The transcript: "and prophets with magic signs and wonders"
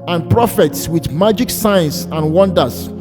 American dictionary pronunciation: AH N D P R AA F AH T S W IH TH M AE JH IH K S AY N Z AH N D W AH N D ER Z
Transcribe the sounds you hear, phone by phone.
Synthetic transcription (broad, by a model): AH N P R AA F AH T S W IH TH M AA JH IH K S AY N S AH N W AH N D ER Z